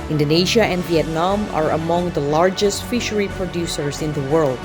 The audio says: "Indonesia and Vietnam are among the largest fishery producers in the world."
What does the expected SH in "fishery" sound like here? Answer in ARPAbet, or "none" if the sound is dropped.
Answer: SH